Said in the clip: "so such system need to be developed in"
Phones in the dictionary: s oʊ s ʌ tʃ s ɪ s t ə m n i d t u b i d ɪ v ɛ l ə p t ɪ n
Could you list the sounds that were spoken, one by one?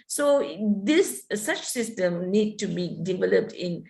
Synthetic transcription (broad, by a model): s oʊ s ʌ tʃ s ɪ s t ə m n i d t u b i d ɪ v ɛ l ə p t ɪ n